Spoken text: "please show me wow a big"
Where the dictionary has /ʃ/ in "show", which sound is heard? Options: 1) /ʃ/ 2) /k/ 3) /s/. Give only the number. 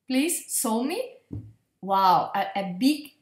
3